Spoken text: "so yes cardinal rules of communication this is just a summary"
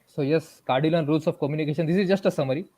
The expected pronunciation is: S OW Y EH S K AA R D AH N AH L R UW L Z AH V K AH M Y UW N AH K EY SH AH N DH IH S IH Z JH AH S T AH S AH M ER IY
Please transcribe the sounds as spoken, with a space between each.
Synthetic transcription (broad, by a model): S OW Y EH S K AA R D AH L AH N R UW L S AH F K AH M Y UW N AH K EY SH AH N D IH S IH Z JH AH S T AH S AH M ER IY